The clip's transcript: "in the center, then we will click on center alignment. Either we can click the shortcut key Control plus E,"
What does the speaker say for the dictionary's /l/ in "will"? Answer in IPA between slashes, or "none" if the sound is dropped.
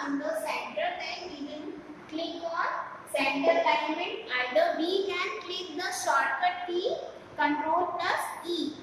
/n/